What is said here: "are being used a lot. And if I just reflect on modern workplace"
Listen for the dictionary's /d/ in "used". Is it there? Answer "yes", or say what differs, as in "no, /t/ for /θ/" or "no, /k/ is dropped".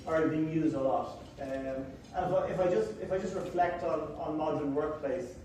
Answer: yes